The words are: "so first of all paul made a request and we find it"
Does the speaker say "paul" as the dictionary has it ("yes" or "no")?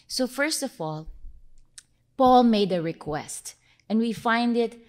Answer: yes